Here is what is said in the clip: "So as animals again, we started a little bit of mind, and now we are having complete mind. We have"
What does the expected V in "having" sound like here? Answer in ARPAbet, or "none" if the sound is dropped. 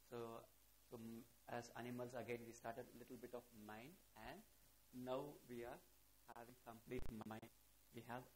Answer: V